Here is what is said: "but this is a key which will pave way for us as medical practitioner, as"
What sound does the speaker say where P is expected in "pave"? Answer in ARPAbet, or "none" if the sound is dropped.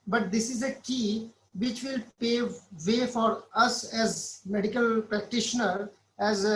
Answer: P